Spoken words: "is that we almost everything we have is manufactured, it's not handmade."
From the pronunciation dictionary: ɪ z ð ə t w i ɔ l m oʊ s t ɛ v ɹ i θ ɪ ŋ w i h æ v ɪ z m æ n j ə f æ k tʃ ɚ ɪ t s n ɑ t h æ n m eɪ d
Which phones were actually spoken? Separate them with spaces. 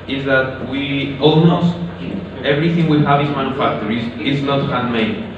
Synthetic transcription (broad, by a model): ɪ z ð ə t w i ɔ l m oʊ s t ɛ v ɹ i θ ɪ ŋ w i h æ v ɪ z m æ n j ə f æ k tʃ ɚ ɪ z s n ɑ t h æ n m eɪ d